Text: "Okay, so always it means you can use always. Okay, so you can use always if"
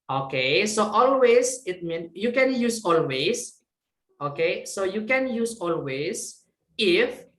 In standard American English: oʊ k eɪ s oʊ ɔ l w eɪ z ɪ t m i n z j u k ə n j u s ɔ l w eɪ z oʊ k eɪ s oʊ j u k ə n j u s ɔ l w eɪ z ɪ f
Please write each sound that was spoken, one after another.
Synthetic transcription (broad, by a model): oʊ k eɪ s oʊ ɔ l w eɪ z ɪ t m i n j u k ə n j u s ɔ l w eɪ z oʊ k eɪ s oʊ j u k ə n j u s ɔ l w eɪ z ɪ f